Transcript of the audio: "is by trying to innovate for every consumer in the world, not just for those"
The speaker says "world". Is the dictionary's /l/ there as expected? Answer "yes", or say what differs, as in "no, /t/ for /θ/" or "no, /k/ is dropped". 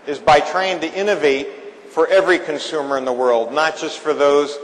yes